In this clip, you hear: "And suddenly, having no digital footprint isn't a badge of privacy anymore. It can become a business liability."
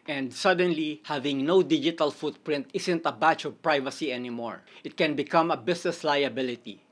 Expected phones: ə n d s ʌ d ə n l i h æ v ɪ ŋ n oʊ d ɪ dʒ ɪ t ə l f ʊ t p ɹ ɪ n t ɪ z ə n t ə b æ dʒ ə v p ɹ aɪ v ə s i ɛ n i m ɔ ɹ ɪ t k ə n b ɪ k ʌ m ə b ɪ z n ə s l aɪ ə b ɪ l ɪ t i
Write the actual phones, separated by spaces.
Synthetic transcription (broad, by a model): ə n d s ʌ d ə n l i h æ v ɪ ŋ n oʊ d ɪ dʒ ɪ t ə l f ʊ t p ɹ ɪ n t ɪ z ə n t ə b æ tʃ ə v p ɹ aɪ v ə s i ɛ n i m ɔ ɹ ɪ t k ə n b ɪ k ʌ m ə b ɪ s n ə s l aɪ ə b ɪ l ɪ t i